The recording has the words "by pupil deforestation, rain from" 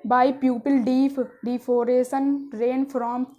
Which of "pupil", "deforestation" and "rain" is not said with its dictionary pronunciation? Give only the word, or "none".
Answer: deforestation